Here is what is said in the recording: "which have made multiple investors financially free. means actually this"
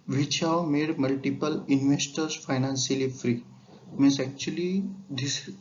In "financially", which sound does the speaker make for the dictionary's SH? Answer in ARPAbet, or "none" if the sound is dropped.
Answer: S